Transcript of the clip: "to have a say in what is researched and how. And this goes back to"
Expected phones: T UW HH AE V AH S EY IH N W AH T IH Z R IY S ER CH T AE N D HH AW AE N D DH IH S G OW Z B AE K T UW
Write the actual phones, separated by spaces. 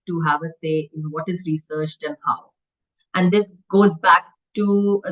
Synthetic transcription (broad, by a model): T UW HH AE V AH S EY IH N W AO T IH Z R IY S ER CH T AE N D HH AW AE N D IH S G OW Z B AE K T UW